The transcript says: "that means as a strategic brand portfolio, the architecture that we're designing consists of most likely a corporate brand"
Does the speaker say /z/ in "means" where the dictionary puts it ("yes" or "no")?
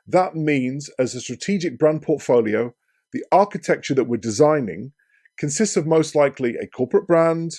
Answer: yes